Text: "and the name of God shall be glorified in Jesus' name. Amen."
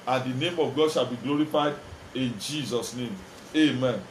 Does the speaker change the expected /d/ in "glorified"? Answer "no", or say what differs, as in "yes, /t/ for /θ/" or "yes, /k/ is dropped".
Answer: no